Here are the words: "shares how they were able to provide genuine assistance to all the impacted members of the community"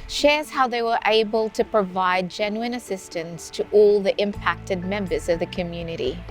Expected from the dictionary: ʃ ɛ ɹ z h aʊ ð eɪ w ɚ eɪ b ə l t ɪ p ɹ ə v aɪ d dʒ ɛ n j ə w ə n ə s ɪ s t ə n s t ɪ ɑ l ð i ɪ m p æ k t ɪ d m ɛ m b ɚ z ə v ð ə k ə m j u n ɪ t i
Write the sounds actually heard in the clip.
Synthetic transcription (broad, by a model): ʃ ɛ ɹ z h aʊ ð eɪ w ɚ eɪ b ə l t ɪ p ɹ ə v aɪ d dʒ ɛ n j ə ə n ə s ɪ s t ə n s t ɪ ɑ l ð i ɪ m p æ k t ɪ d m ɛ m b ɚ z ə v ð ə k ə m j u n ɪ t i